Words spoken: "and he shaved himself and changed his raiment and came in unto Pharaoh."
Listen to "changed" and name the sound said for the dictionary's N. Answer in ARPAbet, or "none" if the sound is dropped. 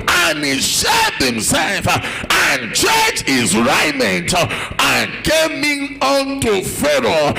none